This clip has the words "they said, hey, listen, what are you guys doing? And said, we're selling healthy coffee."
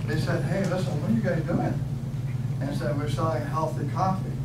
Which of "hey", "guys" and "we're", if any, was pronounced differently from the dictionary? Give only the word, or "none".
guys